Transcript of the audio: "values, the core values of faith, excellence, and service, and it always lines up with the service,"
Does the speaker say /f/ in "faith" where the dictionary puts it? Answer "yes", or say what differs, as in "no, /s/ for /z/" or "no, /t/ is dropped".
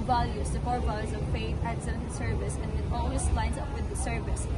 no, /p/ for /f/